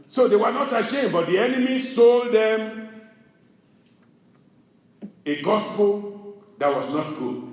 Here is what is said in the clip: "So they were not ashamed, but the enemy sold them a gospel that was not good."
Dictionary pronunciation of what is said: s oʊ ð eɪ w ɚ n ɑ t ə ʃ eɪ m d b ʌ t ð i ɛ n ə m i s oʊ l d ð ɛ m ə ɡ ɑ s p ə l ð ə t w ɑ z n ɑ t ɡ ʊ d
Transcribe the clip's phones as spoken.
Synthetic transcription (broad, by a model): s oʊ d eɪ w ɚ n ɑ t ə ʃ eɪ m b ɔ t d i ɛ n ə m i s oʊ l d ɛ m ə ɡ ɑ s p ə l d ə t w ɑ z n ɑ t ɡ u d